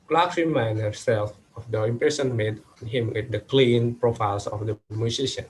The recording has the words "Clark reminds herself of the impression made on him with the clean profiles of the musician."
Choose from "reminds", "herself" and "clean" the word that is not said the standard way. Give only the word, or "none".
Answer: reminds